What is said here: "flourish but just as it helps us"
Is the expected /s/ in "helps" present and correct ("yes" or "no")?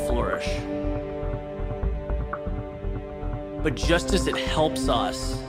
yes